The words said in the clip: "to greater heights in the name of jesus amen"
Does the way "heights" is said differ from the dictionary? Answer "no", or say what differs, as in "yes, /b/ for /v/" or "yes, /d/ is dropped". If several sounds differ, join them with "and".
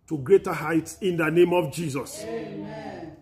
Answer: no